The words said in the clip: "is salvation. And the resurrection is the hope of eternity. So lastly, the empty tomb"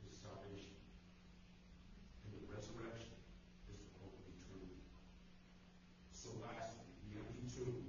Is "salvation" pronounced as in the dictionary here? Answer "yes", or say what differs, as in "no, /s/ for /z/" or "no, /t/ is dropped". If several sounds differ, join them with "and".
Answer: no, /l/ is dropped